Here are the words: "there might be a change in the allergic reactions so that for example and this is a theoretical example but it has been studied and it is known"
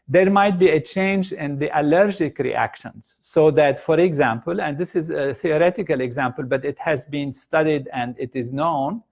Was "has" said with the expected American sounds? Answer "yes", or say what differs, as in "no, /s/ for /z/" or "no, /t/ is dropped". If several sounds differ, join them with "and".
yes